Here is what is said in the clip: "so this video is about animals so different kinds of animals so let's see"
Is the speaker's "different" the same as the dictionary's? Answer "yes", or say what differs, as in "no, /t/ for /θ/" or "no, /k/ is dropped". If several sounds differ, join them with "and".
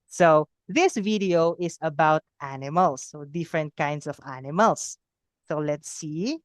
yes